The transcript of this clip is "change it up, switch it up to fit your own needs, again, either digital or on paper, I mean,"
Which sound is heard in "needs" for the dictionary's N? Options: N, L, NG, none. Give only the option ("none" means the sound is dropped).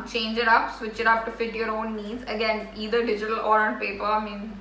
N